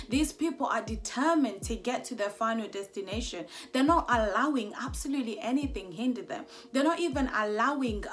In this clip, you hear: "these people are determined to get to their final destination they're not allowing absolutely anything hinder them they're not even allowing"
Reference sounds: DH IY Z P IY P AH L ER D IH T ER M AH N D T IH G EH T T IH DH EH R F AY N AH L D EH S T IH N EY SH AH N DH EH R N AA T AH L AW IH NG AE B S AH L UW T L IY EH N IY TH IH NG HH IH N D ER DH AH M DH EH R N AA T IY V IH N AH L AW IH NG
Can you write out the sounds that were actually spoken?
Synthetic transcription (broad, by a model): DH IY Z P IY P AH L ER D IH T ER M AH N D T IH G EH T T IH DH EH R F AY N AH L D EH S T IH N EY SH AH N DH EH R N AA T AH L AW IH NG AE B S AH L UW T L IY EH N IY TH IH NG HH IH N D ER DH AH M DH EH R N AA T IY V IH N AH L AW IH NG